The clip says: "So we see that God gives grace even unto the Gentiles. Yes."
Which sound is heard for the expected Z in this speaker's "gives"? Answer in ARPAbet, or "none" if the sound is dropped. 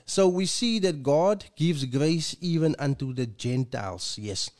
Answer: Z